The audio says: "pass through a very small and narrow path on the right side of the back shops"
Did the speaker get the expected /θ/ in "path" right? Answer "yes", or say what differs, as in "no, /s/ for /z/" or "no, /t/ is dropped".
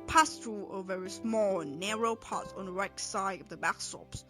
no, /t/ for /θ/